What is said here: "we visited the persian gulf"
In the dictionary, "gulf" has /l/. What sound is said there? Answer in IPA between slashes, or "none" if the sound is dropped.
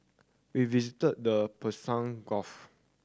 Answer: none